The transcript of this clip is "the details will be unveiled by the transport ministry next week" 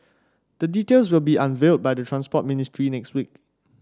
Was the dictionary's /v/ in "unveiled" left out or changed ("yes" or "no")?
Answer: no